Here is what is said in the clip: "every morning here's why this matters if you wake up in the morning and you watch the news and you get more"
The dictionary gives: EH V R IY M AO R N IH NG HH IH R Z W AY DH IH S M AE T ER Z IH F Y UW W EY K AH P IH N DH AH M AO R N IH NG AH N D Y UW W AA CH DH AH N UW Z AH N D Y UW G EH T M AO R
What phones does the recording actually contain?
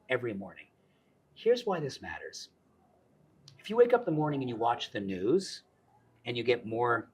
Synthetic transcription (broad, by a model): EH V R IY M AO R N IH NG HH IH R Z W AY DH IH S M AE T ER Z IH F Y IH W EY K AH P DH AH M AO R N IH NG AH N Y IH W AA CH DH AH N UW Z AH N Y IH G EH T M AO R